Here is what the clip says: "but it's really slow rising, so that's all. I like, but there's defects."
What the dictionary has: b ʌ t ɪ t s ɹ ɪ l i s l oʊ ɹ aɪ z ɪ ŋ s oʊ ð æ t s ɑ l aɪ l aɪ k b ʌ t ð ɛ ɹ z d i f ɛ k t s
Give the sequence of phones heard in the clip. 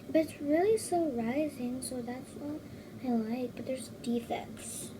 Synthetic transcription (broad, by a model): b ʌ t ɪ t s ɹ ɪ l i s oʊ ɹ aɪ z ɪ ŋ s oʊ ð æ t s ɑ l aɪ l aɪ k b ʌ t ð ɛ ɹ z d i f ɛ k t s